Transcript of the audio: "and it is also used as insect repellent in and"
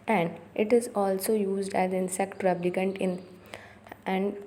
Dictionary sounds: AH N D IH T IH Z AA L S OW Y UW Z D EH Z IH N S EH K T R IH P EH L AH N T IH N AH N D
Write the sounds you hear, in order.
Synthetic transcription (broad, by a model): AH N D IH T IH Z AA L S OW Y UW Z D EH Z IH N S EH K T R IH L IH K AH N T IH N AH N D